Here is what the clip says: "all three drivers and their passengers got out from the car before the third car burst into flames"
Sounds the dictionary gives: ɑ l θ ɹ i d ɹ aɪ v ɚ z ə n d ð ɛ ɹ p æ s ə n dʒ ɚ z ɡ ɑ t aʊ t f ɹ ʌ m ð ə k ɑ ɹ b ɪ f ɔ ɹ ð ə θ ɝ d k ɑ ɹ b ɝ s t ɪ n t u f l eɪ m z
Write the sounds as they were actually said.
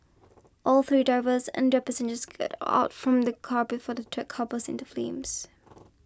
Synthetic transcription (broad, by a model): ɑ l θ ɹ i d ɹ aɪ v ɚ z ə n d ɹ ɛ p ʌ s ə n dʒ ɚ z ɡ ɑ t aʊ t f ɹ ʌ m ð ə k ɑ ɹ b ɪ f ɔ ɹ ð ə t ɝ k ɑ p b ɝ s ɪ n t u f l eɪ m z